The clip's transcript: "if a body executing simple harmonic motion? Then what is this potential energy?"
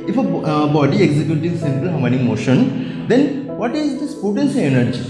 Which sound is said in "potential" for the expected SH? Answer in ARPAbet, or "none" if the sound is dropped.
S